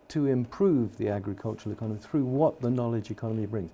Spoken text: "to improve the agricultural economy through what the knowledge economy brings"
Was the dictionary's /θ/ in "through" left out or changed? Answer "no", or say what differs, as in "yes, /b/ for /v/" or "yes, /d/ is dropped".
no